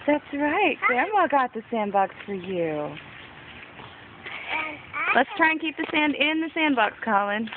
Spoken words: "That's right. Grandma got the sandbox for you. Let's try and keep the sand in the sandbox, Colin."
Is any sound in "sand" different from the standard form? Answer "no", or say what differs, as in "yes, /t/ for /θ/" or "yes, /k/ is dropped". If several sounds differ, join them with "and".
no